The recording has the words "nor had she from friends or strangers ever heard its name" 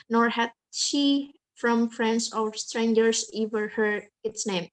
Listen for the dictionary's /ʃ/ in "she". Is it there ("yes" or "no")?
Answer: yes